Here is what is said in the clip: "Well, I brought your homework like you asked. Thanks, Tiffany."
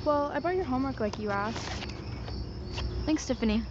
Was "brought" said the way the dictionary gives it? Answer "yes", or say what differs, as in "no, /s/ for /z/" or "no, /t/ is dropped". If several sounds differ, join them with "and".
no, /ɹ/ is dropped